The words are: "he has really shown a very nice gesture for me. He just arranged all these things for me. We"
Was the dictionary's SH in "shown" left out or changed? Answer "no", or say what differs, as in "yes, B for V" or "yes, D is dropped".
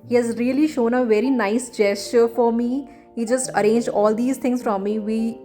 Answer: no